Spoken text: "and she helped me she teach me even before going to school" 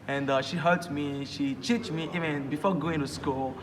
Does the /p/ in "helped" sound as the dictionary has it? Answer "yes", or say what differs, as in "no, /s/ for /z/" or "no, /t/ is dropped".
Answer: no, /p/ is dropped